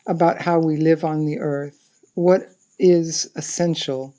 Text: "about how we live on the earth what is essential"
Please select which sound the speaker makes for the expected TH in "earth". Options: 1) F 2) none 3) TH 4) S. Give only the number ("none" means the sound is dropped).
3